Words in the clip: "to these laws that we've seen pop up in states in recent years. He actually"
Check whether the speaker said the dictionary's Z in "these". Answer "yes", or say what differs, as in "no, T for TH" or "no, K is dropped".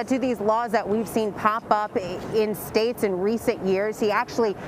yes